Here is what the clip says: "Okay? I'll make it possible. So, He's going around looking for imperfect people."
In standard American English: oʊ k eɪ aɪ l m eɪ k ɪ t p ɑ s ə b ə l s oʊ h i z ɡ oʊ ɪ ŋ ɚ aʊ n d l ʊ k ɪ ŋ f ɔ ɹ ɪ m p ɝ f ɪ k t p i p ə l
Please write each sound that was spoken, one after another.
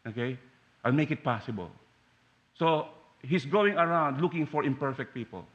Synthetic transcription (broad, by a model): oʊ k eɪ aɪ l m eɪ k ɪ t p ɑ s ə b ə l s oʊ h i s ɡ oʊ ɪ ŋ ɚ aʊ n d l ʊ k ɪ ŋ f ɔ ɹ ɪ m p ɝ f ɪ k t p i p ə l